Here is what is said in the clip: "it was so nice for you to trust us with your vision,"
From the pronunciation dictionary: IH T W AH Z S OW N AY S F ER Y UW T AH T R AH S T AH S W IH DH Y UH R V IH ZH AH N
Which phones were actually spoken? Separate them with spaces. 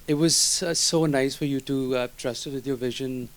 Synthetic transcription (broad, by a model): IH T W AH Z S OW N AY S F ER Y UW T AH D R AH S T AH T W IH DH Y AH R V IH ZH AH N